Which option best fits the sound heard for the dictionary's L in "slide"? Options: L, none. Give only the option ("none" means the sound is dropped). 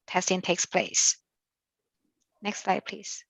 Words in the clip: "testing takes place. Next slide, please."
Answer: L